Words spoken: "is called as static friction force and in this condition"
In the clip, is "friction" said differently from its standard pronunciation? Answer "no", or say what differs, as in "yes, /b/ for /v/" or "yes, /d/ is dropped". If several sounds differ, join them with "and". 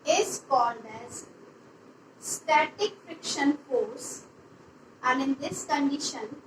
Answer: no